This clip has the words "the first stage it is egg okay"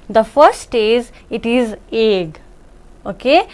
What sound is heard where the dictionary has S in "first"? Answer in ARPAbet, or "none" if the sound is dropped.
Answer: none